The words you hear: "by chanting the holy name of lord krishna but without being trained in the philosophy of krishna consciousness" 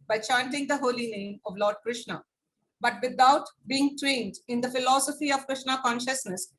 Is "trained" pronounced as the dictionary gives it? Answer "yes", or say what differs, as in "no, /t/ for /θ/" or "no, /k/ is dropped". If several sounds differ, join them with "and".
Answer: yes